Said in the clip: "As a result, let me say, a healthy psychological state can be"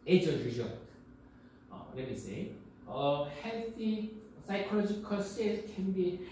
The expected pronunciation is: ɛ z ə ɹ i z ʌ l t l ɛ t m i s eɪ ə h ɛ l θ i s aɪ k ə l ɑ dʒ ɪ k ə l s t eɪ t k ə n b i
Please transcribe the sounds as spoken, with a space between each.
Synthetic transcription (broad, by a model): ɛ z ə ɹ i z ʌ t l ɛ t m i s eɪ ə h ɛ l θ i s aɪ k ə l ɑ dʒ ɪ k ə l s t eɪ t k ə n b i